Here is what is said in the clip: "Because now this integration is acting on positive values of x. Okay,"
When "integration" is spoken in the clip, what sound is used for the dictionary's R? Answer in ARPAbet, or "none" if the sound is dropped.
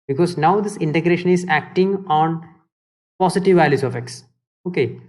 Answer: R